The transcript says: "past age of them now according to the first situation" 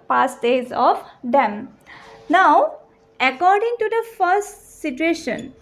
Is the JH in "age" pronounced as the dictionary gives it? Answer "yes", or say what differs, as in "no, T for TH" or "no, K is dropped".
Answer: no, Z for JH